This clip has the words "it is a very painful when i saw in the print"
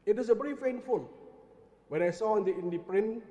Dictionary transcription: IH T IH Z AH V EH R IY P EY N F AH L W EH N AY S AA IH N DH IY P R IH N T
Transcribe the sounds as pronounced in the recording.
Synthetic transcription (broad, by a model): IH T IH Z AH V EH R IY F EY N F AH L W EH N AY S AA IH N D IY P R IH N